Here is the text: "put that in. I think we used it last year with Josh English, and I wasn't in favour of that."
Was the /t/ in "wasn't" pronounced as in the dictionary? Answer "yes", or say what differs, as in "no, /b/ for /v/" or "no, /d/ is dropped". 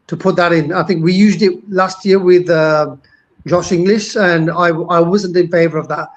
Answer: yes